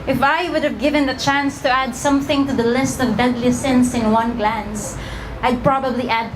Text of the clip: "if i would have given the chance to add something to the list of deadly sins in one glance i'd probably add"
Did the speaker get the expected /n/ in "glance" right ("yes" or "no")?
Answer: yes